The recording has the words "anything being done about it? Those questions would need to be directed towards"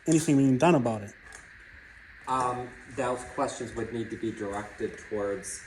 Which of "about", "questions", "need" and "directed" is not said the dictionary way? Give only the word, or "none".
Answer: none